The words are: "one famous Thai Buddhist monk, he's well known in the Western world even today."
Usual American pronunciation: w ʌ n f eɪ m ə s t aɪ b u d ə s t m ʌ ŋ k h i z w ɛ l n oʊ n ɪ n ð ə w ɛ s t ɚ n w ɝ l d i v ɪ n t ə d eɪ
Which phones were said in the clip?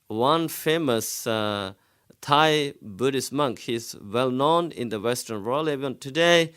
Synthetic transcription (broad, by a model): w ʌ n f eɪ m ə s t aɪ b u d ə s m ʌ ŋ k h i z w ɛ l n oʊ n ɪ n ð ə w ɛ s t ɚ n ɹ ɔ l i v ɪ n t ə d eɪ